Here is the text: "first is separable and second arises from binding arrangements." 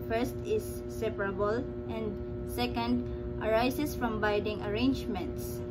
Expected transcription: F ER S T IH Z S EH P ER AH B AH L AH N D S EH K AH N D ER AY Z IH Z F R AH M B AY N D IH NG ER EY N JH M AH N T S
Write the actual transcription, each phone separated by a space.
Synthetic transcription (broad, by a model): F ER S T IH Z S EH P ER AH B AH L AH N D S EH K AH N D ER AY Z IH S F R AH M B AY D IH NG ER EY N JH M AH N T S